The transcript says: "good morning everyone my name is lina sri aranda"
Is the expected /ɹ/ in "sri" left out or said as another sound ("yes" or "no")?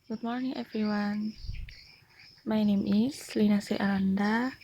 yes